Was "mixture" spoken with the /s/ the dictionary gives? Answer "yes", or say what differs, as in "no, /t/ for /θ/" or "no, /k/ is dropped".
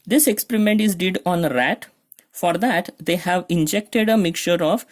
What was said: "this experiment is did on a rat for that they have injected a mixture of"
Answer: no, /s/ is dropped